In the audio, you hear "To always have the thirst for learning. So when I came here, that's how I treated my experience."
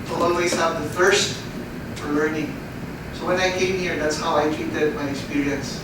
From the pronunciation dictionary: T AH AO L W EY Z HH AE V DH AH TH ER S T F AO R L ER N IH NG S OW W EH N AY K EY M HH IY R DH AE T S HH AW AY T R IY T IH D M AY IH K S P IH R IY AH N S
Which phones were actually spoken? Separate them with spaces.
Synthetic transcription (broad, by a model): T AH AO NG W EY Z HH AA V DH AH F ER S T F AO R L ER N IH NG S OW W EH N AY K EY M HH IY R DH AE T S HH AW AY T R IY T IH D M AY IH K S P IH R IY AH N S